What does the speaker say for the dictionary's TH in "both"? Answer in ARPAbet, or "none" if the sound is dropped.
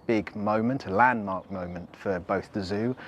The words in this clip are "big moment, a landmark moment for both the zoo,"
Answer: TH